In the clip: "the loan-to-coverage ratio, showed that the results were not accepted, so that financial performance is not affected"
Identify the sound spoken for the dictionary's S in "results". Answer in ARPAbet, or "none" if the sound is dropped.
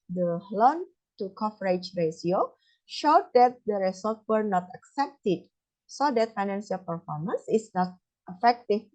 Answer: none